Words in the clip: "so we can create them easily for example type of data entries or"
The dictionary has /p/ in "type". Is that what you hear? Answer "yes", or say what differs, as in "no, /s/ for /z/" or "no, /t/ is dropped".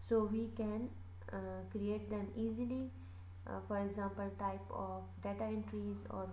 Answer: yes